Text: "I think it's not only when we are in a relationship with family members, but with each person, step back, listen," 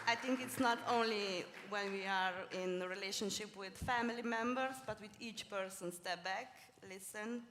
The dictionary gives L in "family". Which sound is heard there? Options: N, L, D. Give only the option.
L